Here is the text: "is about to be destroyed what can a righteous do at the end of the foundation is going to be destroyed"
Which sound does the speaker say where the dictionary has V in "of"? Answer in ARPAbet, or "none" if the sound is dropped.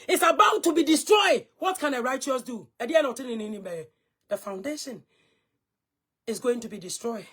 B